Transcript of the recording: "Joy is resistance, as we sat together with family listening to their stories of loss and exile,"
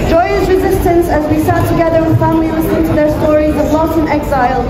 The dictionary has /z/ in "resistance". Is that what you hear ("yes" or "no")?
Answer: yes